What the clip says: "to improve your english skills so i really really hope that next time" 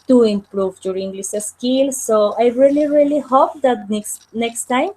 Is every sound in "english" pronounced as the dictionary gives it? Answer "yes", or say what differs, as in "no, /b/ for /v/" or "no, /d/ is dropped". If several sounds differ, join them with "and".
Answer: no, /s/ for /ʃ/